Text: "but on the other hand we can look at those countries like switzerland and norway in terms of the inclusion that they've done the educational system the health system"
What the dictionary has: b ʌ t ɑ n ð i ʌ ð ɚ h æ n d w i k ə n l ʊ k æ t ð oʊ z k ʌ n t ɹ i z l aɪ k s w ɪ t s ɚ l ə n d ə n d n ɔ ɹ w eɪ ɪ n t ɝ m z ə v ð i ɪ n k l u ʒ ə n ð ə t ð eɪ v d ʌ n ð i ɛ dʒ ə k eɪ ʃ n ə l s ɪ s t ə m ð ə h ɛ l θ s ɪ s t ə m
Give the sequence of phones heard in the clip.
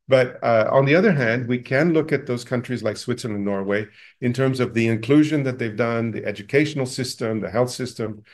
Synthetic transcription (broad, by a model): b ʌ t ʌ n ð i ʌ ð ɚ h æ n d w i k ə n l ʊ k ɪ t ð oʊ z k ʌ n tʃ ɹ i z l aɪ k s w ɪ t s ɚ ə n ə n n ɔ ɹ w eɪ ɪ n t ɝ m z ə v ð i ɪ n k l u ʒ ə n ð ə t ð eɪ v d ʌ n ð i ɛ dʒ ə k eɪ ʃ n l s ɪ s t ə m ð ə h ɛ l θ s ɪ s t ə m